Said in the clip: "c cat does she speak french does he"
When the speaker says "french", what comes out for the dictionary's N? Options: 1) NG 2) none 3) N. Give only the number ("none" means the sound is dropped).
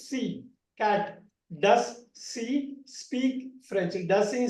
2